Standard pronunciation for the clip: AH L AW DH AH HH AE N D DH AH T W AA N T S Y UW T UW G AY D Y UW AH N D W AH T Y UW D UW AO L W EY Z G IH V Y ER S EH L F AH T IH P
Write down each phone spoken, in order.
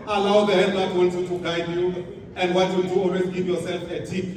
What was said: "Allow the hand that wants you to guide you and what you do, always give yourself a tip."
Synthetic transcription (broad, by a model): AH L AW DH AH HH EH D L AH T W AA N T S Y UW T UW G AY D Y UW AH N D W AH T Y UW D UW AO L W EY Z G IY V Y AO S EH L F AH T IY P